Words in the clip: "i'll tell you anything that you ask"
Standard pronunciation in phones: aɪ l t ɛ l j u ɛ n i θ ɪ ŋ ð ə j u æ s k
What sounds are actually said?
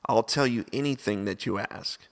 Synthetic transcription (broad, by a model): aɪ l t ɛ l j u ɛ n i θ ɪ ŋ ð ə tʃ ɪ æ s k